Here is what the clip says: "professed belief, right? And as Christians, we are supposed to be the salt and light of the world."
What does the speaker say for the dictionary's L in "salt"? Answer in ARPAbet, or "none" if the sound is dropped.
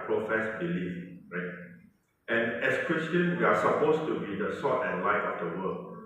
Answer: none